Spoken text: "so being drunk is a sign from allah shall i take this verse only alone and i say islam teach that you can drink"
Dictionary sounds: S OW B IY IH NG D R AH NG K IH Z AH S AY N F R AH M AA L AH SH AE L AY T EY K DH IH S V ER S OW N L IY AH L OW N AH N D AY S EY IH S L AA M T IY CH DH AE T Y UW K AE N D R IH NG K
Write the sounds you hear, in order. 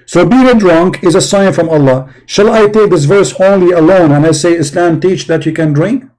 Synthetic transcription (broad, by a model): S OW B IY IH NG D R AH NG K IH Z AH S AY N F R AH M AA L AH SH AE L AY T EY K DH IH S V ER S OW N L IY AH L OW N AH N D AY S EY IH S L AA M T IY CH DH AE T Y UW K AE N D R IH NG K